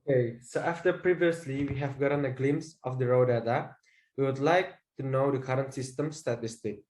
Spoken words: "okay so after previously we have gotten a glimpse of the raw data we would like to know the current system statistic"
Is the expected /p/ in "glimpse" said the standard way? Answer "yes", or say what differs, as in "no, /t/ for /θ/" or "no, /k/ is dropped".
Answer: no, /p/ is dropped